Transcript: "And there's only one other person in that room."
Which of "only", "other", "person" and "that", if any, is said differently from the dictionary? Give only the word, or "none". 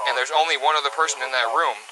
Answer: none